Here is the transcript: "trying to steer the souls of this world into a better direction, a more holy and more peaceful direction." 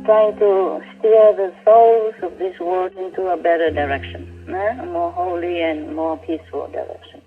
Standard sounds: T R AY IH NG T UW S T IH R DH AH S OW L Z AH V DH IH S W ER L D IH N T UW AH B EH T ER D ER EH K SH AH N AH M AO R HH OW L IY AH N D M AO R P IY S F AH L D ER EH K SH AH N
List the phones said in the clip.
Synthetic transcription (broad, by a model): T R AY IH NG T UW S T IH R DH AH S OW L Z AH V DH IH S W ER D IH N T UW AH B EH T ER D ER EH K SH AH N AH M AO R HH OW L IY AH N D M AO R P IY S F AH L D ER EH K SH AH N